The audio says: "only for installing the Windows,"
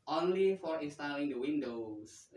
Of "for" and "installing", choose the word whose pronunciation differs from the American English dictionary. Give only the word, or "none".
installing